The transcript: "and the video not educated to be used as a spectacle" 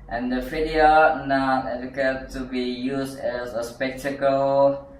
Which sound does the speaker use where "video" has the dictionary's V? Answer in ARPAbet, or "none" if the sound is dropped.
F